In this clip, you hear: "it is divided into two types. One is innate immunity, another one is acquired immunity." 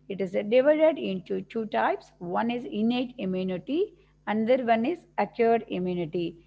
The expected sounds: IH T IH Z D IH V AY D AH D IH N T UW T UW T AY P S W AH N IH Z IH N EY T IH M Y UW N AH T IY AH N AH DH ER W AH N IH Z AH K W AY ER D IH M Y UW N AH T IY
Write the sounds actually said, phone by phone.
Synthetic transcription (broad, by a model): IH T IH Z D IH V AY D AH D IH N T UW T UW T AY P S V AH N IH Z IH N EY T IH M Y UW N AH T IY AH N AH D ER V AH N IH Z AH K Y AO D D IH M Y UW N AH T IY